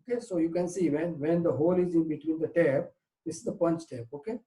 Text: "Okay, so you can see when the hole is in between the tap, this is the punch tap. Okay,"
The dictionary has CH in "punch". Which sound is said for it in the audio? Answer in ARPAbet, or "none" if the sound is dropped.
CH